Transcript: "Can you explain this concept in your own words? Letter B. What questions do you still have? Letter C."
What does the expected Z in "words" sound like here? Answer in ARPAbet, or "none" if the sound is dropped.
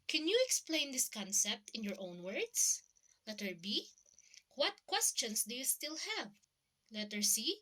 S